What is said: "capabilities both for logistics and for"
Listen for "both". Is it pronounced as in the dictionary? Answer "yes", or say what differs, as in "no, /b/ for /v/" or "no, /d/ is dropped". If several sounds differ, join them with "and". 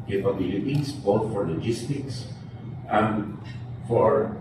no, /t/ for /θ/